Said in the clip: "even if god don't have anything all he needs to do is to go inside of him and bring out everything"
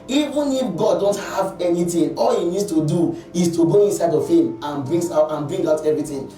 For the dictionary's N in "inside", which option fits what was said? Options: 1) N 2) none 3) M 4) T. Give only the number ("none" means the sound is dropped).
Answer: 1